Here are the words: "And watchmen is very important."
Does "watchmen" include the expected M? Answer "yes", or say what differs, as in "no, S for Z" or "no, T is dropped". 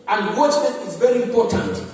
no, M is dropped